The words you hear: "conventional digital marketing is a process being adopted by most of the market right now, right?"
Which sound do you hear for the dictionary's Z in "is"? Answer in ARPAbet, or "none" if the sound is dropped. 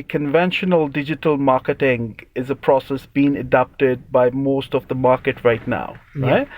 Z